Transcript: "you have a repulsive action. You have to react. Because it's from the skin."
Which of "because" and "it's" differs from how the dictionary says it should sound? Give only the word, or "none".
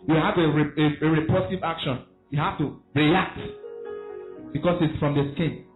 because